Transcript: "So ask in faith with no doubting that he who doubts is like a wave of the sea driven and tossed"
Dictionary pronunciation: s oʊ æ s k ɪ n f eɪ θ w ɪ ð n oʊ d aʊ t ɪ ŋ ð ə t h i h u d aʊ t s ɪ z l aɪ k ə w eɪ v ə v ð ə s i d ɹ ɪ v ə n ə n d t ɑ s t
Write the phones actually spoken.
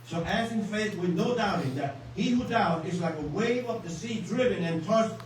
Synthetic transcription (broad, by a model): s oʊ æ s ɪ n f eɪ θ w ɪ ð n oʊ d aʊ t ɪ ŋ ð ə t h i h u d aʊ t ɪ z l aɪ k ə w eɪ v ə p ð ə s i d ɹ ɪ v ə n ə n t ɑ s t